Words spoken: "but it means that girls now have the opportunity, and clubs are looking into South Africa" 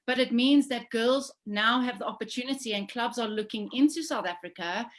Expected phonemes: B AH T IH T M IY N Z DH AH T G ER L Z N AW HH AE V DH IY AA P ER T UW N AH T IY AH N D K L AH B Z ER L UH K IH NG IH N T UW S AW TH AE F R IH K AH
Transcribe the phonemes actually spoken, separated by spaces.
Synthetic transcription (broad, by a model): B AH T IH T M IY N Z DH AH T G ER L Z N AW HH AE V DH IY AA P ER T UW N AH T IY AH N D K L AH B Z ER L UH K IH NG IH N T UW S AW TH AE F R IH K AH